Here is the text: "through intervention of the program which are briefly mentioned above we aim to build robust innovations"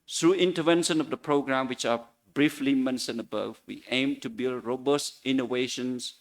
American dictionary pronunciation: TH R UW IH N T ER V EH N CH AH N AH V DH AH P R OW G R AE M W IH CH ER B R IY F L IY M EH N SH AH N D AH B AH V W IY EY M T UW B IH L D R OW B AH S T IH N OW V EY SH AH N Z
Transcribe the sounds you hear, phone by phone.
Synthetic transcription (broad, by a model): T R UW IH N T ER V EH N SH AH N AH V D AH P R OW G R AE M W IH CH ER B R IY F L IY M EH N S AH N AH B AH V W IY EY M T UW B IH L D R OW B AH S T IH N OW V EY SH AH N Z